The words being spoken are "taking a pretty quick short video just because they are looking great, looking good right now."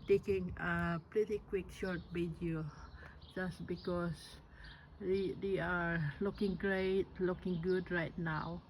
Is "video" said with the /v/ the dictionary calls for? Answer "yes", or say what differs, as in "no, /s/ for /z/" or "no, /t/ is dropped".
no, /b/ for /v/